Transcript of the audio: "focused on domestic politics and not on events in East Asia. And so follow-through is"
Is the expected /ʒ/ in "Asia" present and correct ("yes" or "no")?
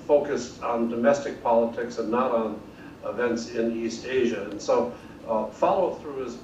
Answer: yes